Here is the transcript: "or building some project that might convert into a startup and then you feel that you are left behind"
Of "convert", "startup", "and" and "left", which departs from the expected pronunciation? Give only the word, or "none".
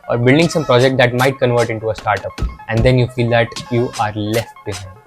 none